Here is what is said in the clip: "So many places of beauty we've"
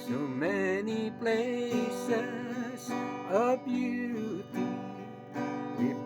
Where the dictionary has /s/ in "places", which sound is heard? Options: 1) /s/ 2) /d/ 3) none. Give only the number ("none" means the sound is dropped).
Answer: 1